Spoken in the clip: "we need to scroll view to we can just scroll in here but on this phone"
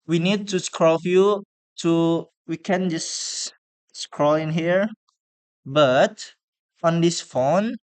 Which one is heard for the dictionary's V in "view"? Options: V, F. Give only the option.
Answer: F